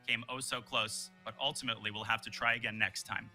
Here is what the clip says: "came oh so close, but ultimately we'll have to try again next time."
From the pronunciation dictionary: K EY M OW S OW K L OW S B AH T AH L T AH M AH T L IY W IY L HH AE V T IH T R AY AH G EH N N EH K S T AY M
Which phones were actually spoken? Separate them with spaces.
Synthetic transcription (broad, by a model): K EY M OW S OW K L OW S B AH T AH L T AH M AH T L IY W IY L HH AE F T IH T R AY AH G EH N N EH K S T AY M